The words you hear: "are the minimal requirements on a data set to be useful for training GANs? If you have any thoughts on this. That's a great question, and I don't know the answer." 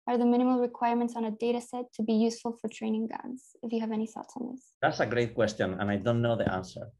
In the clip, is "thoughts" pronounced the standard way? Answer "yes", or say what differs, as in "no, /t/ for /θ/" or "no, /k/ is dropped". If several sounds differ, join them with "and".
no, /s/ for /θ/